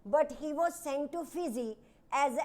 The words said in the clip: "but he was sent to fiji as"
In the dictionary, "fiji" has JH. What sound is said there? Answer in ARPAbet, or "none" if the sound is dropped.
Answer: Z